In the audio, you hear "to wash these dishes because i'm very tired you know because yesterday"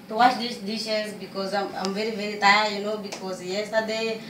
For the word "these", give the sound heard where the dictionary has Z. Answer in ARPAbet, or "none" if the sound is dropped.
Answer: S